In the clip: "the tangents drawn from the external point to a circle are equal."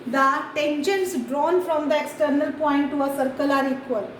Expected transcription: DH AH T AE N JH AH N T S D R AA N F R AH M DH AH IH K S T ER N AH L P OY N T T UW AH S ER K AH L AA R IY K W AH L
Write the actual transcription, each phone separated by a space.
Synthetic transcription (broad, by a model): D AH T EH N SH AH N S D R AA N F R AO M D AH IH K S T ER N AH L P OY N T T UW AH S ER K AH L AA R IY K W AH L